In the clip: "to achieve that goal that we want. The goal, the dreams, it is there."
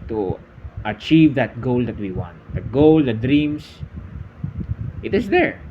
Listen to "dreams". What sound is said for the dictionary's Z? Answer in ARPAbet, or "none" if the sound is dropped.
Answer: S